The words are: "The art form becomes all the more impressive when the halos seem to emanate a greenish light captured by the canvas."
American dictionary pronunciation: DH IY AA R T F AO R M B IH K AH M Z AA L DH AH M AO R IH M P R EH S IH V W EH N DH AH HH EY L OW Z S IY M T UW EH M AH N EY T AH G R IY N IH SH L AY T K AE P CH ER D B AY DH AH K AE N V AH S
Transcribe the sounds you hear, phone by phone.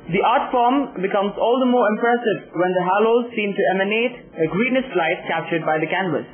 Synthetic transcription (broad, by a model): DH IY AA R T F AO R M B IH K AH M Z AA L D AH M AO R IH M P R EH S IH V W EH N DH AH HH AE L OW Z S IY M T UW EH M AH N EY T AH G R IY N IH S L AY T K AE P CH ER D B AY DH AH K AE N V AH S